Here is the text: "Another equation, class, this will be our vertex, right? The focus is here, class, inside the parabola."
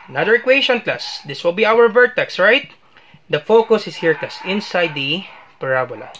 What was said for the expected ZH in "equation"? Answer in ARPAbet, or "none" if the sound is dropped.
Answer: SH